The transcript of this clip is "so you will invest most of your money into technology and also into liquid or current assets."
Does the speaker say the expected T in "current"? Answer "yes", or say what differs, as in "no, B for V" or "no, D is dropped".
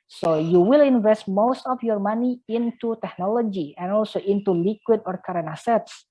no, T is dropped